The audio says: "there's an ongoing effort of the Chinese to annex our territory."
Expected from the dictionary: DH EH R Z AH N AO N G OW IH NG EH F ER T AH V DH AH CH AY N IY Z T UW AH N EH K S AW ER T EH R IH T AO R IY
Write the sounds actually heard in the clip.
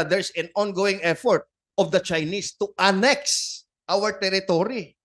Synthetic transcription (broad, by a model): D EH R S AH N AO N G OW IH NG EH F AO T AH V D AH CH AY N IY S T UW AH N EH K S AW ER T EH R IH T AO R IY